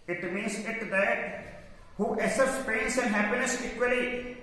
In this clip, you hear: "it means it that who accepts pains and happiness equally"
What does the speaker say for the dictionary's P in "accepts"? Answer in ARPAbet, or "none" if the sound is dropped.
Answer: none